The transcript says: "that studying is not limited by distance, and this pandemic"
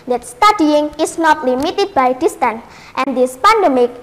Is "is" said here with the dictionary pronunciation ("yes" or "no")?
no